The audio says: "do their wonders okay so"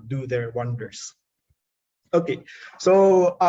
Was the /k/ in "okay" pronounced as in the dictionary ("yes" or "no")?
yes